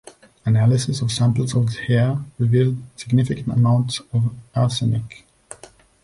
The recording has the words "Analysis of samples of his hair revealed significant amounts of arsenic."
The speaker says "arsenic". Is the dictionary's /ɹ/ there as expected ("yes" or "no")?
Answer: no